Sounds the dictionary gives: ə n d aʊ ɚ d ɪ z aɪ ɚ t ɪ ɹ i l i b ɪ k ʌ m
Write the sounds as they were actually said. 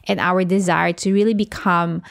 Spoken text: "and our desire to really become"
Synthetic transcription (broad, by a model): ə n aʊ ɚ d ɪ z aɪ ɚ t ɪ ɹ i l i b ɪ k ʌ m